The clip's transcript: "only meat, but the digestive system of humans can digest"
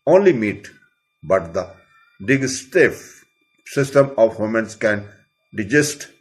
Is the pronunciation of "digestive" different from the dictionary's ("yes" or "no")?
yes